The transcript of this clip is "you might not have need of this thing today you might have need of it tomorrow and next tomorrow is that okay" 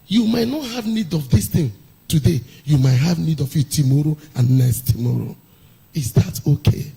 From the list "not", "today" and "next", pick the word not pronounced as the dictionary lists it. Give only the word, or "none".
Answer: next